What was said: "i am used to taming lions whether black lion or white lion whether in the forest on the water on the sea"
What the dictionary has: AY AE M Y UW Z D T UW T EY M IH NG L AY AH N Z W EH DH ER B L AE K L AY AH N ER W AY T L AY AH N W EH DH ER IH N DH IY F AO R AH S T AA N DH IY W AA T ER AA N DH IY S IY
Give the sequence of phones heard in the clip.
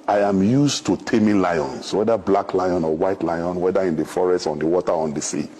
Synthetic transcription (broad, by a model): AY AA M Y UW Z T UW T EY M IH L AY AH N S W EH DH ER B L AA K L AY AH N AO W AY T L AY AH N W EH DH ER IH N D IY F AO R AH S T AA N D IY W AA T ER AA N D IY S IY